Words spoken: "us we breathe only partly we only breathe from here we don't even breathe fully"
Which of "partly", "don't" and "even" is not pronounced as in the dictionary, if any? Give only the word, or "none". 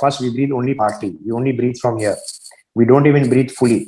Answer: partly